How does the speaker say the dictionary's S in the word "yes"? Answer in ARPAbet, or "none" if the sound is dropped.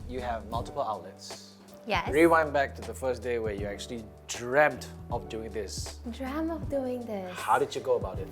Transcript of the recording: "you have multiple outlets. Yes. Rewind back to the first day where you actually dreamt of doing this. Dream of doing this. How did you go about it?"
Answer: none